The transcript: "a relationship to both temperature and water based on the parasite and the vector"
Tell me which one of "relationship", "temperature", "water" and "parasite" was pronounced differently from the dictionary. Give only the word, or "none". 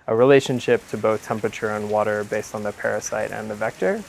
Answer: none